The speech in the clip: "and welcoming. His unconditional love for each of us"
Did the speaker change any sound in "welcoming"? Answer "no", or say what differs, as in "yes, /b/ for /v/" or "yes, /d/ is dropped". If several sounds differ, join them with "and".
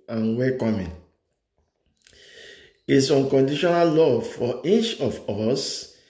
yes, /l/ is dropped